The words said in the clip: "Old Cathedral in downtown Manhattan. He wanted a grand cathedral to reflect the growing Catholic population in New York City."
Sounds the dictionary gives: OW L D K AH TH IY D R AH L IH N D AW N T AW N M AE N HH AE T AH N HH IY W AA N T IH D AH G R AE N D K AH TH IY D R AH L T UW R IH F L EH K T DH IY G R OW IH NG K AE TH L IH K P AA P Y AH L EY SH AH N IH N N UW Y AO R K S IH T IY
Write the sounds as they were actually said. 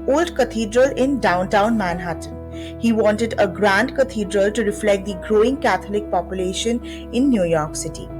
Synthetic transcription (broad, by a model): OW L D K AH T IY D R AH L IH N D AW N T AW N M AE N HH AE T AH N HH IY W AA N T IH D AH G R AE N D K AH T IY D R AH L T UW R IH F L EH K T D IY G R OW IH NG K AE T L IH K P AA P Y AH L EY SH AH N IH N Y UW Y AO R K S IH T IY